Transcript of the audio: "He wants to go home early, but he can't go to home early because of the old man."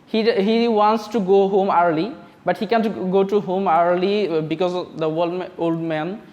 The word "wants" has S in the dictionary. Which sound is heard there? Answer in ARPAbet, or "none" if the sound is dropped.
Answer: S